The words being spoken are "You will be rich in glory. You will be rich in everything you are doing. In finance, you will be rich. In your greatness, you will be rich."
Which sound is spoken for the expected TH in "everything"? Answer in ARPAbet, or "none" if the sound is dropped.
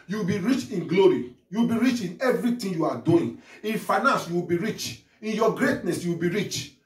T